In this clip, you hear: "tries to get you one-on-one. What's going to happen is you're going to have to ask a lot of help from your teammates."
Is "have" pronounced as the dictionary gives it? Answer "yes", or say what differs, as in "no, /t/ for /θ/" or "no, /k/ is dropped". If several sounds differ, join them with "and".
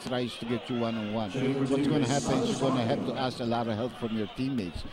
no, /p/ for /v/